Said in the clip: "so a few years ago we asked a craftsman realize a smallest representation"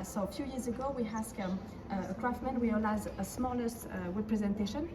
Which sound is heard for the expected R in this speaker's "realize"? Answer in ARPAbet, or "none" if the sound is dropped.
W